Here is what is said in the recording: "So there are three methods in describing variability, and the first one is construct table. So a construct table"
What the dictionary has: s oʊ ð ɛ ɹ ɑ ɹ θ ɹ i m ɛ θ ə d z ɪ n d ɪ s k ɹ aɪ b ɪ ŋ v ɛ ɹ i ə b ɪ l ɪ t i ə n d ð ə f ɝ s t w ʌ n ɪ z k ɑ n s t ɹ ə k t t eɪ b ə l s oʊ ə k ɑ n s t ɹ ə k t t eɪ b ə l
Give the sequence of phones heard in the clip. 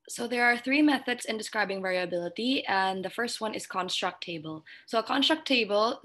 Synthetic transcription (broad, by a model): s oʊ ð ɛ ɹ ɑ ɹ θ ɹ i m ɛ θ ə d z ɪ n d ɪ s k ɹ aɪ b ɪ ŋ v ɛ ɹ i ə b ɪ l ɪ t i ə n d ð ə f ɝ s t w ʌ n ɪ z k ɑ n s t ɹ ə k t t eɪ b ə l s oʊ ə k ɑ n s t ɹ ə k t t eɪ b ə l